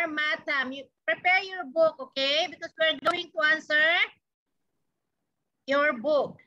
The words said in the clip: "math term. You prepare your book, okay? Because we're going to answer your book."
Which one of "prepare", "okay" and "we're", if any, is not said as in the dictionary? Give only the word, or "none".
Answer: none